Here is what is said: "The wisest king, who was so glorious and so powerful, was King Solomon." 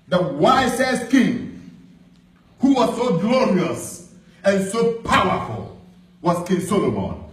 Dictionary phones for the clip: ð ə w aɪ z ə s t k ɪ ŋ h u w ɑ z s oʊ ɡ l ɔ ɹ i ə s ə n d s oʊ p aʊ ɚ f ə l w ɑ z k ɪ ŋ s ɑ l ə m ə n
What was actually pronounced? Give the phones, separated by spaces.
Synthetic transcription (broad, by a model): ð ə w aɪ s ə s k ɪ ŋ h u w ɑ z s oʊ ɡ l ɔ ɹ i ə s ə n s oʊ p aʊ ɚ f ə l w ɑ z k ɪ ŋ s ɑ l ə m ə n